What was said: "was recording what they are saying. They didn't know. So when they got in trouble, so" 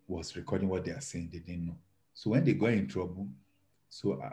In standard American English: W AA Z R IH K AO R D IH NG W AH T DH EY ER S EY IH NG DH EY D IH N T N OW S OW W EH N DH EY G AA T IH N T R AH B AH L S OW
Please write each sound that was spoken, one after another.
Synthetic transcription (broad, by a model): W AA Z R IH K AO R D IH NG W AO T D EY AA S EY IH NG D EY D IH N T N OW S OW W EH N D EY G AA IH N T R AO B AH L S OW